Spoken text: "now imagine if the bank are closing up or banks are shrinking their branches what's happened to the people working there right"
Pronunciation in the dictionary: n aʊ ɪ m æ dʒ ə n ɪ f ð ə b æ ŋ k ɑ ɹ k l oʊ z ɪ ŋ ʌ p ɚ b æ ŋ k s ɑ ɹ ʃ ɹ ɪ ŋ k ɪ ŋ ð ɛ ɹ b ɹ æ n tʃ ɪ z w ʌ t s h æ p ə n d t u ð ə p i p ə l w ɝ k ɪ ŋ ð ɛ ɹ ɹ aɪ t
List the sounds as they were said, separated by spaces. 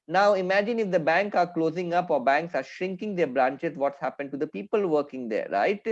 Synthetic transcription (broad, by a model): n aʊ ɪ m æ dʒ ə n ɪ f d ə b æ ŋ k ɑ ɹ k l oʊ z ɪ ŋ ʌ p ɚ b æ ŋ k s ɑ ɹ ʃ ɹ ɪ ŋ k ɪ ŋ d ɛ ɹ b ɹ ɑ n tʃ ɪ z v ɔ t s h æ p ə n d t u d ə p i p ə l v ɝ k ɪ ŋ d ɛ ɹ ɹ aɪ t